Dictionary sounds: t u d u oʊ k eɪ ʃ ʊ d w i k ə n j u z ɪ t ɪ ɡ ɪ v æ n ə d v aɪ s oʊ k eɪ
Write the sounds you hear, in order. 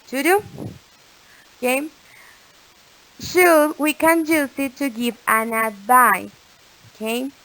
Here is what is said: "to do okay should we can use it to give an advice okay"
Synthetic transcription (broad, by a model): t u d u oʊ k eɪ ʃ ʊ w i k ə n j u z ɪ t ɪ ɡ ɪ v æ n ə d b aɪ oʊ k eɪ